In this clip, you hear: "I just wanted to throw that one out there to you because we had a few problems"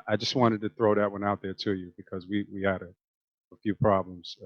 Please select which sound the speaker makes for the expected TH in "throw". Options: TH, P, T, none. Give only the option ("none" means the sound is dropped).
TH